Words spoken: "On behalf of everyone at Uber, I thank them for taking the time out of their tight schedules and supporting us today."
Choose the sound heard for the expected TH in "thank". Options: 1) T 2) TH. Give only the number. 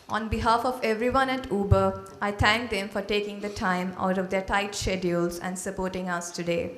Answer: 1